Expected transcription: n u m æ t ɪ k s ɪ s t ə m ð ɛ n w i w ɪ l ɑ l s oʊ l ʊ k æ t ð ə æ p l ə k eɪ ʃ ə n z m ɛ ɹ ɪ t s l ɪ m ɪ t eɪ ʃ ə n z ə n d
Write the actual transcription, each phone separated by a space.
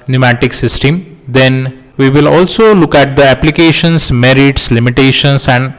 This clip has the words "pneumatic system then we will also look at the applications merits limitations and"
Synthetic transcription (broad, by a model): n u m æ t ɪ k s ɪ s t ə m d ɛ n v i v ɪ l ɑ l s oʊ l ʊ k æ t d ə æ p l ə k eɪ ʃ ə n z m ɛ ɹ ɪ t s l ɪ m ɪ t eɪ ʃ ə n s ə n d